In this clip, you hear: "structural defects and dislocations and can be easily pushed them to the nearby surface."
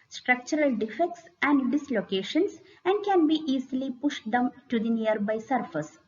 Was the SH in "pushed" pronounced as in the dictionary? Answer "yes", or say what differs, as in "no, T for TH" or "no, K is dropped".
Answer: yes